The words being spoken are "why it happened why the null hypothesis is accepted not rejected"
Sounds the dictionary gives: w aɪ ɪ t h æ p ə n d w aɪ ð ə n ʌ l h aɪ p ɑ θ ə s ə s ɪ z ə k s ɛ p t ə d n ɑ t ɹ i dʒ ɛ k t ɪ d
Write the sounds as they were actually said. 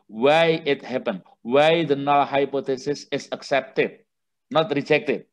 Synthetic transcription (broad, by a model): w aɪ ɪ t h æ p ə n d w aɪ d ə n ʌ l h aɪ p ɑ t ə s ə s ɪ s ə k s ɛ p t ə d n ɑ t ɹ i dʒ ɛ k t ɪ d